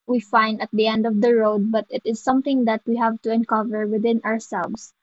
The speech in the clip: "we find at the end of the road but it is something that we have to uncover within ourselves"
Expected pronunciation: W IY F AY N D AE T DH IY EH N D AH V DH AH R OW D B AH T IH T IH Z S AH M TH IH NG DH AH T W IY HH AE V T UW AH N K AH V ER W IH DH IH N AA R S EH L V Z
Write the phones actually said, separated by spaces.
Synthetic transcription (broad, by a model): W IY F AY N D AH T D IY EH N D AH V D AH R OW D B AH T IH T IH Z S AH M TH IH NG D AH T W IY HH AE V T UW AH N K AH V ER W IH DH IH N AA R S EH L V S